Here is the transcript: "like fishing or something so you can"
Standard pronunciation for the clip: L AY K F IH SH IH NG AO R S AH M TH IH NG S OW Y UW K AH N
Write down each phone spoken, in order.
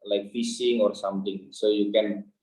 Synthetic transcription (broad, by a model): L AY K F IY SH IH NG AO R S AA M T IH NG S OW Y UW K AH N